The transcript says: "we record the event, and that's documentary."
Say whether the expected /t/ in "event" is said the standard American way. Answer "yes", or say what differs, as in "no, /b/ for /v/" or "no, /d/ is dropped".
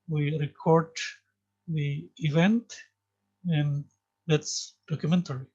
yes